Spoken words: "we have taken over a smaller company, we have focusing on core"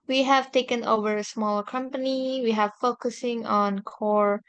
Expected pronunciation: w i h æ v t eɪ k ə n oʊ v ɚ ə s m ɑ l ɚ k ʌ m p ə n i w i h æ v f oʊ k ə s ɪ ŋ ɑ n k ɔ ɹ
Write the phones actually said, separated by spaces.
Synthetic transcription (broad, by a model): w i h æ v t eɪ k ə n oʊ v ɚ ə s m ɑ l ɚ k ʌ m p ə n i w i h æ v f oʊ k ə s ɪ ŋ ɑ n k ɔ ɹ